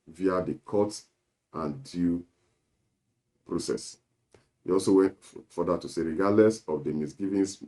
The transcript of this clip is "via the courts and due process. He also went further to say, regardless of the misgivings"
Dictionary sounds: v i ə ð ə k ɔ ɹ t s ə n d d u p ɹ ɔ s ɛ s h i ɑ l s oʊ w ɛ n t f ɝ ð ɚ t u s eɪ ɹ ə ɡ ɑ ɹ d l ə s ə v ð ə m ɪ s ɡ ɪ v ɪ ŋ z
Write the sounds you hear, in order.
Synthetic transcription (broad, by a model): v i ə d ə k ɔ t ə n d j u p ɹ ɔ s ɛ s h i ɑ l s oʊ w ɛ n t f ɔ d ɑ t u s eɪ ɹ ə ɡ ɑ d l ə s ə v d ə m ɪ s ɡ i v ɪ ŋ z